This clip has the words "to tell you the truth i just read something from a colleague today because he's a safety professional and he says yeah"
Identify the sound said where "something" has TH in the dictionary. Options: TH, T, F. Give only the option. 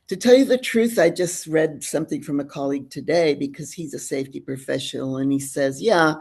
TH